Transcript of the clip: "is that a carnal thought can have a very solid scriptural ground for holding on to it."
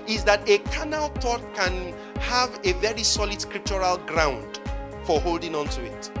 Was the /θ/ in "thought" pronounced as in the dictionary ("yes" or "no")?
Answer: no